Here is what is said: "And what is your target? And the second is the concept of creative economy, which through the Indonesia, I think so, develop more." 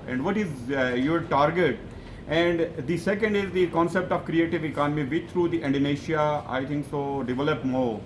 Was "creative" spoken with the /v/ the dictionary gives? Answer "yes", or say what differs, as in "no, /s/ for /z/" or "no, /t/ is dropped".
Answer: yes